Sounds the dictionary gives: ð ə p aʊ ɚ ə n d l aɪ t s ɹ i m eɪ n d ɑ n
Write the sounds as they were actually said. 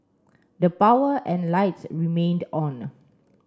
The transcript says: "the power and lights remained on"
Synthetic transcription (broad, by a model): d ə p aʊ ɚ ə n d l aɪ t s ɹ i m eɪ n d ɑ n